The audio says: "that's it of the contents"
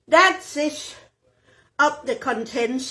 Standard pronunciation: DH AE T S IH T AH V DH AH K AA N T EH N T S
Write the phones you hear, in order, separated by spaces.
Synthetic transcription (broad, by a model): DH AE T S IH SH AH P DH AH K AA N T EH N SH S